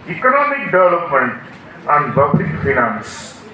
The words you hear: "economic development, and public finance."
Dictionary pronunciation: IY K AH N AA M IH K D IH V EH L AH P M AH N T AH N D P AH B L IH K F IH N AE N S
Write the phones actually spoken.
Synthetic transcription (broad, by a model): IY K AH N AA M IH K D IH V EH L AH P M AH N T AH N D B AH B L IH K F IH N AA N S